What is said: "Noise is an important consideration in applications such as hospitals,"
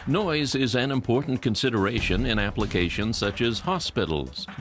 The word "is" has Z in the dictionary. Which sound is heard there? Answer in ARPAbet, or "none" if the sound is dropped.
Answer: Z